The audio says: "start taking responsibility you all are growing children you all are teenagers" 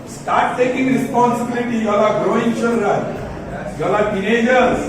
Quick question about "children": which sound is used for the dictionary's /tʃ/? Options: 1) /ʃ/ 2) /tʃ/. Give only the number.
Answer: 1